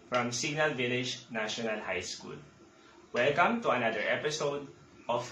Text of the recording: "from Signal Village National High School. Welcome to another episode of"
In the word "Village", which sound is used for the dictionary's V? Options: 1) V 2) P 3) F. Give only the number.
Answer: 1